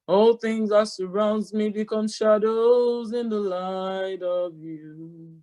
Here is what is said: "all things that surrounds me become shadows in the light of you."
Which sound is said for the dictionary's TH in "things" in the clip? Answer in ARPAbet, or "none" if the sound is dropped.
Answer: TH